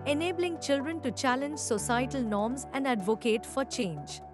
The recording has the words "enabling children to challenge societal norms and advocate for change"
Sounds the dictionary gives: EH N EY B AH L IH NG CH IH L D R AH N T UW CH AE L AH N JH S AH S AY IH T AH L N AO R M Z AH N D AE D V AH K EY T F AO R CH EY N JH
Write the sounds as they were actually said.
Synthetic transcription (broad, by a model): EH N EY B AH L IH NG CH IH L D R AH N T UW CH AE L AH N JH S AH S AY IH T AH L N AO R M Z AH N D AE D V AH K EY T F AO R CH EY N JH